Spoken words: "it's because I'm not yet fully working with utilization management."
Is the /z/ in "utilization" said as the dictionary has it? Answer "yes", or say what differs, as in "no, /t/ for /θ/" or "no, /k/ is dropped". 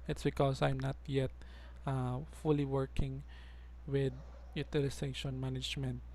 no, /s/ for /z/